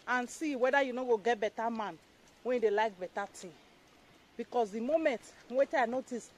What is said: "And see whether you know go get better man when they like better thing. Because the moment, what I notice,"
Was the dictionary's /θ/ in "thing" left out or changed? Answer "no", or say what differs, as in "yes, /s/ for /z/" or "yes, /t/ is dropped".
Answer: yes, /t/ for /θ/